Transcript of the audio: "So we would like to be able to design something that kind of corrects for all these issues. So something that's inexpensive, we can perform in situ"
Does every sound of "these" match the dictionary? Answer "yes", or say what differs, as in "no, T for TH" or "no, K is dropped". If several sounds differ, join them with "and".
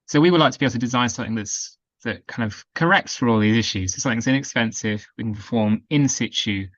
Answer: yes